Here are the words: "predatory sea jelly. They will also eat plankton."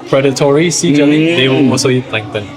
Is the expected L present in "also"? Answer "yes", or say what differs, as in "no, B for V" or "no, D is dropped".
no, L is dropped